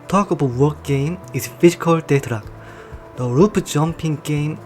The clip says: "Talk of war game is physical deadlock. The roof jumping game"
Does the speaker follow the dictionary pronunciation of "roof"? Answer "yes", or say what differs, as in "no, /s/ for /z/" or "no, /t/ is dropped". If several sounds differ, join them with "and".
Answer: no, /p/ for /f/